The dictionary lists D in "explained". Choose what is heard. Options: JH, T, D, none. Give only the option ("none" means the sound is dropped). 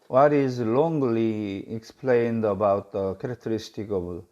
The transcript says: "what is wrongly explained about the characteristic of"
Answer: D